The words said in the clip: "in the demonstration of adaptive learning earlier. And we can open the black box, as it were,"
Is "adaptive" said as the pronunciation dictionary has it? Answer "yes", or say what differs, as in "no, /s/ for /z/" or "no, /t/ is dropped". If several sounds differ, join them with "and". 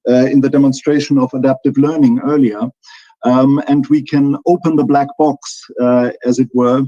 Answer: yes